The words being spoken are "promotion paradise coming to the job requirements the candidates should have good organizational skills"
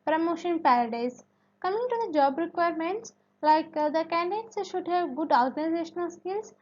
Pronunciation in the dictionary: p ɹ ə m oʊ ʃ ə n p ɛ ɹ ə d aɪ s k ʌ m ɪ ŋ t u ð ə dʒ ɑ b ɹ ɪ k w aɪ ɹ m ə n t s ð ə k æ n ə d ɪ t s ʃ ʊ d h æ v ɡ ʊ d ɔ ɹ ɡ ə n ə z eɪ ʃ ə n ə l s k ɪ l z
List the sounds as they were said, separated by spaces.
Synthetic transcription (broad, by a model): p ɹ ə m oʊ ʃ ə n p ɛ ɹ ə d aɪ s k ʌ m ɪ ŋ t u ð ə dʒ ɑ b ɹ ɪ k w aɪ ɹ m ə n t s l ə k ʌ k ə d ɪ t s ʃ ʊ d h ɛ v ɡ ʊ d ɔ ɹ ɡ ə n ə z eɪ ʃ ə n ə l s k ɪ l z